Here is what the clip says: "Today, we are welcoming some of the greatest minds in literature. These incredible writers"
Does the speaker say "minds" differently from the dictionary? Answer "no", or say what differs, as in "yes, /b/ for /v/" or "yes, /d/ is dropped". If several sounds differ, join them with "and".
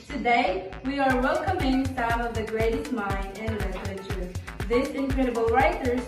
yes, /z/ is dropped